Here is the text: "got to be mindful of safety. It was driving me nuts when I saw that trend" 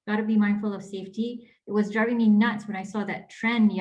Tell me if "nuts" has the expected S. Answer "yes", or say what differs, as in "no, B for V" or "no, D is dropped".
yes